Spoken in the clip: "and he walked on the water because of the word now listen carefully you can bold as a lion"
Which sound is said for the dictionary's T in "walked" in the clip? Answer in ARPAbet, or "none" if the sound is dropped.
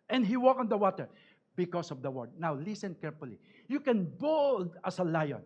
none